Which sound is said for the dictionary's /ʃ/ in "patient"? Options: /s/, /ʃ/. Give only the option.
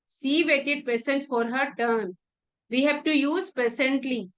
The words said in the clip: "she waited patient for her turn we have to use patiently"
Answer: /s/